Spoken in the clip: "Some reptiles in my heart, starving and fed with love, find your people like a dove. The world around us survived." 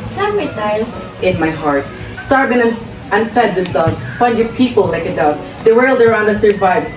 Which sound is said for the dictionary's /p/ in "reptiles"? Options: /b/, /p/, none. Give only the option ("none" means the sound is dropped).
none